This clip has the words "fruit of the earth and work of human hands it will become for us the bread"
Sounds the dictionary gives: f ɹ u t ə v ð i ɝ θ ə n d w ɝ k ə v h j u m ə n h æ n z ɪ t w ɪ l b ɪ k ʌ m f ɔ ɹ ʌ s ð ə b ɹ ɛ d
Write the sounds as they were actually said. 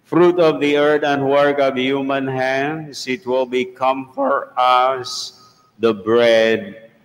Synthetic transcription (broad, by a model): f ɹ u t ə v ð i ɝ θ ə n d w ɝ k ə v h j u m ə n h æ n s ɪ t w ɪ l b ɪ k ʌ m f ɔ ɹ ʌ s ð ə b ɹ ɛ d